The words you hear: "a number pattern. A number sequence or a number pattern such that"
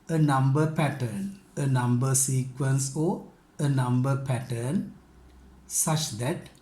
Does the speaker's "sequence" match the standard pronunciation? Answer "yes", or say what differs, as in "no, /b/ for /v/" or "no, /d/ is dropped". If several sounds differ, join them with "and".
yes